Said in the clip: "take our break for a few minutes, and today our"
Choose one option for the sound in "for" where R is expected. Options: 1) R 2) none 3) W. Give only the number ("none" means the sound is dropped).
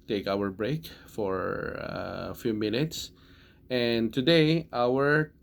1